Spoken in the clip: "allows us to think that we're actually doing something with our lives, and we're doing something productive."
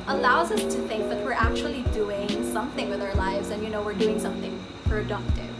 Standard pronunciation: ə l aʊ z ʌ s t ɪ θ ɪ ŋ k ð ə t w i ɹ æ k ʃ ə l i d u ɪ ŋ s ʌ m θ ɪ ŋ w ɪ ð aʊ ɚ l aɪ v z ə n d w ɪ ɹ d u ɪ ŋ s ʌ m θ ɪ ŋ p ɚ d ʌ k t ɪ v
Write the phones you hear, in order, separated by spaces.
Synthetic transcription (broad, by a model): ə l aʊ z ʌ s t ɪ θ ɪ ŋ k ð ə t w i ɹ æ k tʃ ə l i d u ɪ ŋ s ʌ m θ ɪ ŋ w ɪ ð aʊ ɚ l aɪ v z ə n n w ɪ ɹ d u ɪ ŋ s ʌ m θ ɪ ŋ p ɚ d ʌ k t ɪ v